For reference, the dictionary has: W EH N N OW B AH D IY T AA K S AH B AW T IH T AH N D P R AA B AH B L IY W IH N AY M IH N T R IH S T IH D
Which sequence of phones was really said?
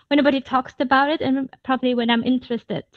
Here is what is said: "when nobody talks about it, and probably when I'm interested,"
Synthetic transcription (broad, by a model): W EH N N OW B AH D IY T AA K S AH B AW T IH T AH N P R AA B AH B L IY W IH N AY M IH N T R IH S T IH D